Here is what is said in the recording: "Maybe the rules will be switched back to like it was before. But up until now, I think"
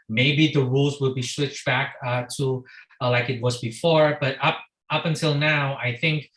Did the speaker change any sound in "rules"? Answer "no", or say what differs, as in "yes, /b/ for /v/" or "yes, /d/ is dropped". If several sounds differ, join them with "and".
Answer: no